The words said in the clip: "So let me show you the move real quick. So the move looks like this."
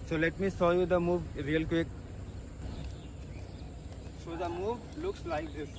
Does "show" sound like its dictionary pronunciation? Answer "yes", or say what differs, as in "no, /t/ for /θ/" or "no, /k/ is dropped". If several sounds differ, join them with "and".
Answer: no, /s/ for /ʃ/